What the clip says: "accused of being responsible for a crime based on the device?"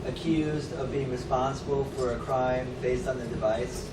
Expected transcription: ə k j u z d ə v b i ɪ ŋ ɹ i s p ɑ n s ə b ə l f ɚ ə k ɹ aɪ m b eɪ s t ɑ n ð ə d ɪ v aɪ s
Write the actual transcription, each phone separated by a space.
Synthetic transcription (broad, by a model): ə k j u z d ə v b i ɪ ŋ ɹ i s p ɑ n s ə b l f ɚ ə k ɹ aɪ m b eɪ s t n ð ə d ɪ v aɪ s